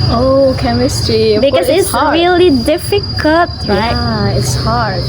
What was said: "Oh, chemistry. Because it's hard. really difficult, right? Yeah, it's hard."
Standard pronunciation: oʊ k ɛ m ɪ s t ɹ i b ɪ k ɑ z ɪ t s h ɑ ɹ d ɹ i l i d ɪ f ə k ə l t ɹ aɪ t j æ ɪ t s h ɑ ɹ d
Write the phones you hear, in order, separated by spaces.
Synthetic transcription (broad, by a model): oʊ k ɛ m ɪ s t ɹ i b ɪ k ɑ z ɪ t s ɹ ɹ i l i d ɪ f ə k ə t ɹ aɪ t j ɪ t s h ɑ ɹ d